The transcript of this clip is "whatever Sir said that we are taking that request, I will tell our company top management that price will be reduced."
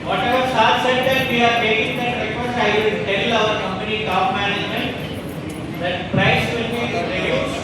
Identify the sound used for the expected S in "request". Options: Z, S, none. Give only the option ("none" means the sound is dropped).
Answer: none